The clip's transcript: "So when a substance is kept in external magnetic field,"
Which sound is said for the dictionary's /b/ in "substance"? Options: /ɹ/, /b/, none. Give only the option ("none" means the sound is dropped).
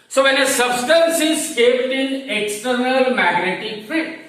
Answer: /b/